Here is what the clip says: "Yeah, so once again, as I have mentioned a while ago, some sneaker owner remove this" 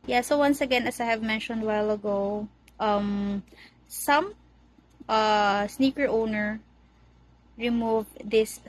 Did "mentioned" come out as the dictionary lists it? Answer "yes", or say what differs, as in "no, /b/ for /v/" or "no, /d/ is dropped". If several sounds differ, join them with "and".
yes